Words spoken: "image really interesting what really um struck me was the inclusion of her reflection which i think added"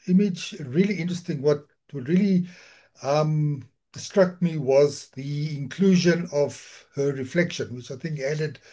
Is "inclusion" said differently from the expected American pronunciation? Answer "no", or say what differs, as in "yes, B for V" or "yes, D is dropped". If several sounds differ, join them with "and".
no